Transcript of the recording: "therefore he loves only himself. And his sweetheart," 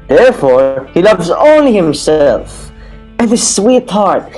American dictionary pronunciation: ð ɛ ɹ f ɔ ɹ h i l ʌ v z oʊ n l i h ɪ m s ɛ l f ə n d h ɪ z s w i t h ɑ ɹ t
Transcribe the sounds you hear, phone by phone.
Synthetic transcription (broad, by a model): ð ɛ ɹ f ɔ ɹ h i l ʌ v z oʊ n l i h ɪ m s ɛ l f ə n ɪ s w i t h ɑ ɹ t